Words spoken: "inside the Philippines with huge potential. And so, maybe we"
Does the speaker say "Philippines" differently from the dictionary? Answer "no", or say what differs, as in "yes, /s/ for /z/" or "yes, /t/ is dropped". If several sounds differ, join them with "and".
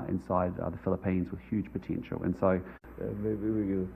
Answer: no